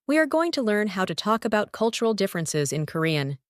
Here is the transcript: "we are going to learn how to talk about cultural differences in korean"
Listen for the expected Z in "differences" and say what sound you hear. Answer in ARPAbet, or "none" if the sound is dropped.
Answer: Z